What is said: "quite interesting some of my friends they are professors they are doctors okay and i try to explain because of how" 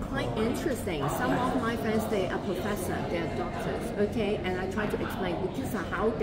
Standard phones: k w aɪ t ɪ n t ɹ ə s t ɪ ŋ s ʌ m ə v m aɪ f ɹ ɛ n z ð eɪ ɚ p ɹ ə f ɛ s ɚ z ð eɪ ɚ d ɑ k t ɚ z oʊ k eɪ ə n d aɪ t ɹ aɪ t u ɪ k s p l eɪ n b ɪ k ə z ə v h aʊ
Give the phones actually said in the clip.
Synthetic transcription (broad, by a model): k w aɪ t ɪ n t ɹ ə s t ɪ ŋ s ʌ m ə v m aɪ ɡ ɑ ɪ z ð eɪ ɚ p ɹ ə f ɛ s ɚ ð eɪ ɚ d ɑ k t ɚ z oʊ k eɪ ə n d aɪ t ɹ aɪ t u ɪ k s p l eɪ n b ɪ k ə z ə h aʊ